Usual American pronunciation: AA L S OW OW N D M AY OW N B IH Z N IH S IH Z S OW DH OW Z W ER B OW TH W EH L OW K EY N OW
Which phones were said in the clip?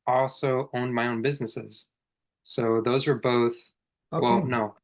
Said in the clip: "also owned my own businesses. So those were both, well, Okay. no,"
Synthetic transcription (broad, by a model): AA L S OW OW N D M AY OW N B IH Z N IH S IH Z S OW DH OW Z W ER B OW TH W EH L N OW